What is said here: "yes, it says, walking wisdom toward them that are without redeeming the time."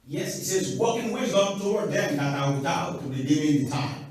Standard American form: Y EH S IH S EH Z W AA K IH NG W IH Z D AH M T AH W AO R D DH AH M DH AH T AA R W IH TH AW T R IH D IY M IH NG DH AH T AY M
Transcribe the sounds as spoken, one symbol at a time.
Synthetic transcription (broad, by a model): Y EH S IH S EH Z W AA K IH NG W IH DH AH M T AH W AO R D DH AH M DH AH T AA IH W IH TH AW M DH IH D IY IH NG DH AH T AY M